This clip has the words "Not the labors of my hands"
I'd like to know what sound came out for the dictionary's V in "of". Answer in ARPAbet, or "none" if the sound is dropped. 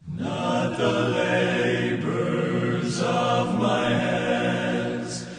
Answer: V